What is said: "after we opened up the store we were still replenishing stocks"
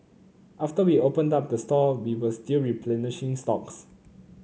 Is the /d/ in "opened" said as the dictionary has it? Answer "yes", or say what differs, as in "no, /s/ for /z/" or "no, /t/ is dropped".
yes